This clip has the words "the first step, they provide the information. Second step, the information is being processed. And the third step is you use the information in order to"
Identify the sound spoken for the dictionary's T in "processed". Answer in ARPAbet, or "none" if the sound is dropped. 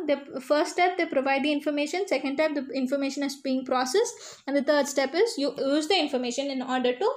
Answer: none